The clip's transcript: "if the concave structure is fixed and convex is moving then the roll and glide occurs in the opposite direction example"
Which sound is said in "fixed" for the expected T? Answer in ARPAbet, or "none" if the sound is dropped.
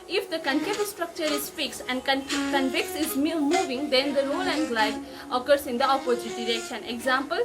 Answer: none